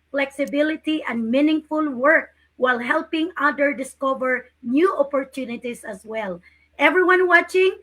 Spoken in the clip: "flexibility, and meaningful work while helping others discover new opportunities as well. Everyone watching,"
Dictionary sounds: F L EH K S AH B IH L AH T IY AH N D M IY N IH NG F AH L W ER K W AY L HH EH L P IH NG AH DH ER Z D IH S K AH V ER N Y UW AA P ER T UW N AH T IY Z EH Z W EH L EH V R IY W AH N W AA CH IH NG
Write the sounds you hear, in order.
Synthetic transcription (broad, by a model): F L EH K S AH B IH L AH T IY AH N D M IY N IH NG F AH L W ER K W AY L HH EH L P IH NG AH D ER D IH S K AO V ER N Y UW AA P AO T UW N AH T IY S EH S W EH L EH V R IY W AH N W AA CH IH NG